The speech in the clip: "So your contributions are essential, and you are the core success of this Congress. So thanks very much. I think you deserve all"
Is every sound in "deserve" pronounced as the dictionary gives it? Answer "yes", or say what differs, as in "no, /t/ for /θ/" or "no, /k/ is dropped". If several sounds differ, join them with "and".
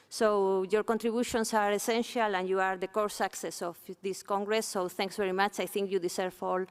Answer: no, /s/ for /z/